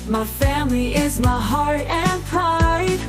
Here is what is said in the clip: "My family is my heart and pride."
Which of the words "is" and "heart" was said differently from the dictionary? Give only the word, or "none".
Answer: none